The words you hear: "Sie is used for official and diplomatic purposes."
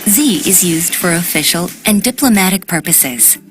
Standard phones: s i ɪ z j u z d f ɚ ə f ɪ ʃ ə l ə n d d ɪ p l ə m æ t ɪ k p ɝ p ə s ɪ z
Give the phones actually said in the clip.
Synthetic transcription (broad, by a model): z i ɪ z j u z d f ɚ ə f ɪ ʃ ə l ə n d d ɪ p l ə m æ t ɪ k p ɝ p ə s ɪ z